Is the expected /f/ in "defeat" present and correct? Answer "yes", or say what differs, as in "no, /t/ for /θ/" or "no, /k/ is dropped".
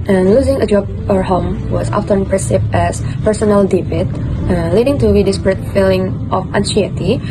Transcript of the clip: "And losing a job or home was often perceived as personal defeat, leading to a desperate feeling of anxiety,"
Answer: no, /p/ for /f/